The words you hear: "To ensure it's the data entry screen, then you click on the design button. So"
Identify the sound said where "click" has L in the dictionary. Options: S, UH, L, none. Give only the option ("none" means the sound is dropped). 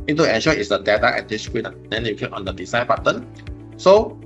none